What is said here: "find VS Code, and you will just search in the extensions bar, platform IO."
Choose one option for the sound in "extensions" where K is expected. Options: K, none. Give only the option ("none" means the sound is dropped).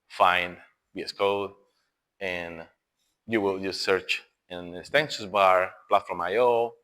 none